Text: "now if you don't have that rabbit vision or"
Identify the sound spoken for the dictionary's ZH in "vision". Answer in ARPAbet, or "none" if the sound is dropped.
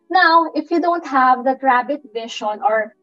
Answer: SH